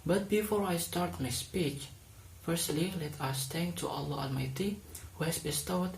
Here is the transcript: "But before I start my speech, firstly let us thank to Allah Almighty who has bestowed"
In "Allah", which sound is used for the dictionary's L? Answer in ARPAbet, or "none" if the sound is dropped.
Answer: L